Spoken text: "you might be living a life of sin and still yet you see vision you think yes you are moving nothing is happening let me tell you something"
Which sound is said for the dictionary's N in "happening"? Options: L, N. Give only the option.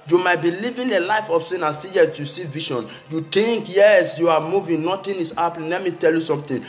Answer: L